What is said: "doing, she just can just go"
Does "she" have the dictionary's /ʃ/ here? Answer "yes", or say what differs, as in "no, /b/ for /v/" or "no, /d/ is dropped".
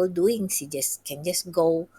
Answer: no, /s/ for /ʃ/